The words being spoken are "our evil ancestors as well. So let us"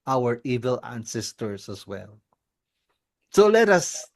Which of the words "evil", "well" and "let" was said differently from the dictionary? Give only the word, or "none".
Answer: none